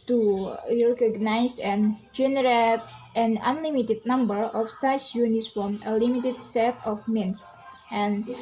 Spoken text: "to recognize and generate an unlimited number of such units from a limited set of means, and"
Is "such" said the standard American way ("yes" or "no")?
no